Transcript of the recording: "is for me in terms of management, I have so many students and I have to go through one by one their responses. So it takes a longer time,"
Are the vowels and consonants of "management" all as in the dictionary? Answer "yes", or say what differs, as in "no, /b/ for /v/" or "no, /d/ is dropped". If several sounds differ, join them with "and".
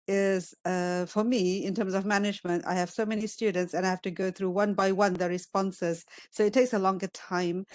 yes